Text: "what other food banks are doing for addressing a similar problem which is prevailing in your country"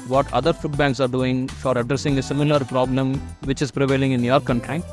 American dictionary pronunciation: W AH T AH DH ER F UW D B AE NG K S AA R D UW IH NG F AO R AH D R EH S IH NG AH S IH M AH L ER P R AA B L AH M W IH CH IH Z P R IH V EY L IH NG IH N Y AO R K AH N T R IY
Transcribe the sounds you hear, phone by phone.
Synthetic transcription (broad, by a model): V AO T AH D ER F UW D B AE NG K S AA R D UW IH NG F AO R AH D R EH S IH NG AH S IH M AH L ER P R AA B L AH M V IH CH IH Z P R IH V EY L IH NG IH N Y AO R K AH N T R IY